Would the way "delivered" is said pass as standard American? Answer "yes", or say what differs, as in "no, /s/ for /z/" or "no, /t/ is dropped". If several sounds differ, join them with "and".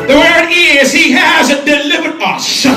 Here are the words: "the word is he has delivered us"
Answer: yes